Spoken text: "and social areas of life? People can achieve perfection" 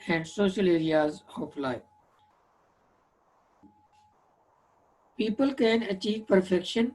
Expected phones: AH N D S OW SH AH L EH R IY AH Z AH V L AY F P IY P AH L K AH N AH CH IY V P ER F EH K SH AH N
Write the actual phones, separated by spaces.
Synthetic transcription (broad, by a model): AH N D S OW SH AH L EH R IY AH Z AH P L AY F P IY P AH L K AH N AH CH IY V P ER F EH K SH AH N